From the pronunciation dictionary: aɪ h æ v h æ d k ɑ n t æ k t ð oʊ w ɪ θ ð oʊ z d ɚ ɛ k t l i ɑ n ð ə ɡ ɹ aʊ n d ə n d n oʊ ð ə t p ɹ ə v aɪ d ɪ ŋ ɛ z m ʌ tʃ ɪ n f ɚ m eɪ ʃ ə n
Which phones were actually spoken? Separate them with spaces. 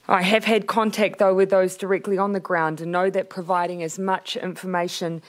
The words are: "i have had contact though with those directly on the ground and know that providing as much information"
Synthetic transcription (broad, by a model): aɪ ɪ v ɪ d k ɑ n t æ k t ð oʊ w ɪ ð oʊ z d ɚ ɛ k t l i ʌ n ð ə ɡ ɹ aʊ n d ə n n oʊ ð ə t p ɹ ə v aɪ d ɪ ŋ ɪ z m ʌ tʃ ɪ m f ɚ m eɪ ʃ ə n